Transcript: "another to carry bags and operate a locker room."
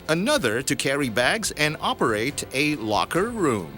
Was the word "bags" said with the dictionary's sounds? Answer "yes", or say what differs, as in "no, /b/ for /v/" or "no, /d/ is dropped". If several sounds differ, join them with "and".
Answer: yes